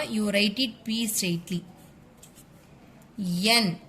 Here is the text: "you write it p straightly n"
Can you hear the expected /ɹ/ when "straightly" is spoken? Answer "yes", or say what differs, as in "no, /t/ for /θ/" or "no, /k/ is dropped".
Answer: no, /ɹ/ is dropped